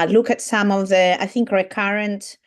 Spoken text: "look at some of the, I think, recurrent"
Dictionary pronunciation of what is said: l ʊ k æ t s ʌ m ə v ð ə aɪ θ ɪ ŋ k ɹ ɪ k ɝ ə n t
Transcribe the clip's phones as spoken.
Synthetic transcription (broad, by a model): l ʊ k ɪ t s ʌ m ə v ð ə aɪ θ ɪ ŋ k ɹ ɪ k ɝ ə n t